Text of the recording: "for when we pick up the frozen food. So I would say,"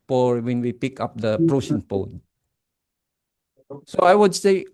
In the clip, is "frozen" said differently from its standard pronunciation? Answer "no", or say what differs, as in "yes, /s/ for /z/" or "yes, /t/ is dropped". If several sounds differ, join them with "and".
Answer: yes, /p/ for /f/